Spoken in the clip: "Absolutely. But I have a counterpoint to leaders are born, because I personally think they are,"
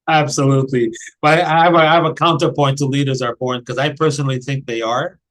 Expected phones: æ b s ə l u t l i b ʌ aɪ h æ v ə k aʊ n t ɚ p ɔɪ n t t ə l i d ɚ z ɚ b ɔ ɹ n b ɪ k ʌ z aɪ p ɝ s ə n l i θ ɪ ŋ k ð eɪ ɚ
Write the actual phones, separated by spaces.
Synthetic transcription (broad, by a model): æ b s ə l u t l i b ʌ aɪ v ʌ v ə k aʊ n t ɚ p ɔɪ n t t ə l i d ɚ z ɚ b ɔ ɹ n k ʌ z aɪ p ɝ s ə n l i θ ɪ ŋ k ð eɪ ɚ